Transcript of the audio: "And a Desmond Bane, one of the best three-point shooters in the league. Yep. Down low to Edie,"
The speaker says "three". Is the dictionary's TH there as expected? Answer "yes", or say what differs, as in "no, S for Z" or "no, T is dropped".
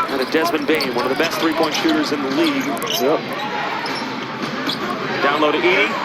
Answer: yes